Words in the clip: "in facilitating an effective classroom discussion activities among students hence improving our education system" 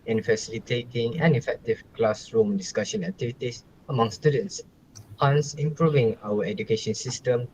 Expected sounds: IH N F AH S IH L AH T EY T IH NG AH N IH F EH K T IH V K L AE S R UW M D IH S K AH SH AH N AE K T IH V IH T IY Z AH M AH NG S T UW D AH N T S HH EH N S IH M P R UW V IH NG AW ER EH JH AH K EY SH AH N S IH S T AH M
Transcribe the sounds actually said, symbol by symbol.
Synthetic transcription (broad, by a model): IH N F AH S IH L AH T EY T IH NG AH N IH F EH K T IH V K L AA S R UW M D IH S K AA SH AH N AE K T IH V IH T IY S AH M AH NG S T UW D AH N T S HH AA N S IH M P R UW V IH NG AW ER EH JH AH K EY SH AH N S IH S T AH M